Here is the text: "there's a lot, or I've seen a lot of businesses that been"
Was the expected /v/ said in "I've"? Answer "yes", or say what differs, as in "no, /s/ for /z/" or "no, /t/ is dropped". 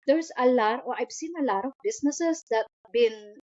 no, /b/ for /v/